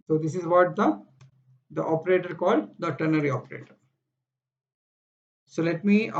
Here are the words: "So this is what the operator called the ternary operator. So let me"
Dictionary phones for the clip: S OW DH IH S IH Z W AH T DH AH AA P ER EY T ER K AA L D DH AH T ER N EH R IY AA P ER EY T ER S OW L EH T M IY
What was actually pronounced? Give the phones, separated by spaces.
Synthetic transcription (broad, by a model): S OW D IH S IH Z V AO T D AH AA P ER EY T ER K AA L D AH T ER N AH R IY AA P ER EY T ER S OW L EH T M IY